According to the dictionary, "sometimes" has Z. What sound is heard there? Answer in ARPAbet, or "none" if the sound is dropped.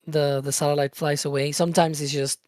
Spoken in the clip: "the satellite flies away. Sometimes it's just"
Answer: Z